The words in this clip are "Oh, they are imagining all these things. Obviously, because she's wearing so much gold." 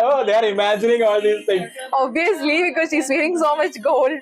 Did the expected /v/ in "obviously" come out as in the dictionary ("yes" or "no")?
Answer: no